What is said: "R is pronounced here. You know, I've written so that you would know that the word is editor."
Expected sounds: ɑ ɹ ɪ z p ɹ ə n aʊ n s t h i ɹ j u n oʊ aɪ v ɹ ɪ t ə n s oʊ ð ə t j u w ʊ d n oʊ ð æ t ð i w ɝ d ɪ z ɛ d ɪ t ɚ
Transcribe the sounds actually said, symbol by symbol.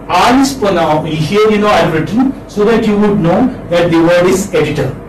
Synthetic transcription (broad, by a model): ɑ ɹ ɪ s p ə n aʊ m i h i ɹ j u n oʊ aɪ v ɹ ɪ t ə n s oʊ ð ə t j u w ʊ d n oʊ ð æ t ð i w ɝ d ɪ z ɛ d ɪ t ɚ